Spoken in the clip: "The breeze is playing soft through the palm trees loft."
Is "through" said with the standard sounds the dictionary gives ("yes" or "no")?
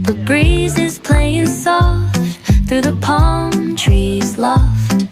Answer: yes